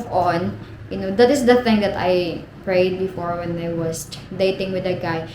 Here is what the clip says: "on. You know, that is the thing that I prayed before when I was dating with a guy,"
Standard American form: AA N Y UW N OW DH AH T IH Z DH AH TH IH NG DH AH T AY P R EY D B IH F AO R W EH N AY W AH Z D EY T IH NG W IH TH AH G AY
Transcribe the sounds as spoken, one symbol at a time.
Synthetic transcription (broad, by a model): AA N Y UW N OW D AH T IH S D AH TH IH NG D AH T AY P R EY D B IH F AO R W EH N AY W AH S D EY T IH NG W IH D AH G AY